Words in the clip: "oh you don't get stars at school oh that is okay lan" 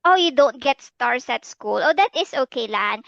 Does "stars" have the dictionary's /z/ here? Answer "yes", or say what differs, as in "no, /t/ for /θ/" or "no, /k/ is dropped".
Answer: no, /s/ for /z/